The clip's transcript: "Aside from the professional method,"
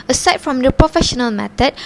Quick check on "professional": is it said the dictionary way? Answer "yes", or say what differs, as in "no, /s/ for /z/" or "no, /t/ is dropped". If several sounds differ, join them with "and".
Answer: yes